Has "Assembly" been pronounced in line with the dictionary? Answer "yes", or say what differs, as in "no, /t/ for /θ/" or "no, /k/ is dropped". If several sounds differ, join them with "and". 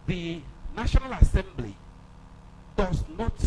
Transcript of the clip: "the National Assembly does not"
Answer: yes